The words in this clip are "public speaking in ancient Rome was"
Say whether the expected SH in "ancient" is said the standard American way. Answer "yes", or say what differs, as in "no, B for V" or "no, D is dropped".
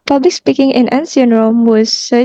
no, S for SH